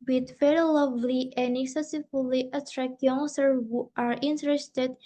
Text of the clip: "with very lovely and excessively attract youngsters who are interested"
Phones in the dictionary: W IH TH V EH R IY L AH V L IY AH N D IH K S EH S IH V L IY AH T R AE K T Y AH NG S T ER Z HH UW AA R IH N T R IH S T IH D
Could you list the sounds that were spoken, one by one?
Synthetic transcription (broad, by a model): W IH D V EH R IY L AH V L IY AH N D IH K S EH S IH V L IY AH T R AE K T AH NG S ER HH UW AA R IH N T R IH S T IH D